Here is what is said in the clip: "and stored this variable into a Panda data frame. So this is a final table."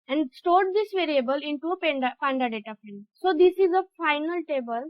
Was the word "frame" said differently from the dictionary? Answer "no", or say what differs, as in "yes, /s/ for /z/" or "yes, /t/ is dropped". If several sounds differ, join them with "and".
yes, /ɹ/ is dropped